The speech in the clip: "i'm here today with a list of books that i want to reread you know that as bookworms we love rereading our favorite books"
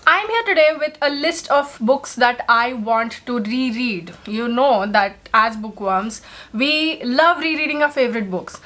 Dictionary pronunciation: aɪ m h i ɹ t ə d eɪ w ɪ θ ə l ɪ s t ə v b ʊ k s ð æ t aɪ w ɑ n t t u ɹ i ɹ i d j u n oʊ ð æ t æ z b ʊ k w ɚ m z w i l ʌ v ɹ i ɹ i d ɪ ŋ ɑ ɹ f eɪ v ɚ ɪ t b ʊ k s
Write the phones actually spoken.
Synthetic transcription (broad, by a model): aɪ m h i ɹ t ə d eɪ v ɪ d ə l ɪ s t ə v b ʊ k s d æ t aɪ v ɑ n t t u ɹ i ɹ i d j u n oʊ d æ t æ z b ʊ k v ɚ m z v i l ʌ v ɹ i ɹ i d ɪ ŋ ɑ f eɪ v ɚ ɪ t b ʊ k s